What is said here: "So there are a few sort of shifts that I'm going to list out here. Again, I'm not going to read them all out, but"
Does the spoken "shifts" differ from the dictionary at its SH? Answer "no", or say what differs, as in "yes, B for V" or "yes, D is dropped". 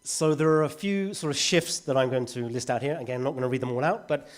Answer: no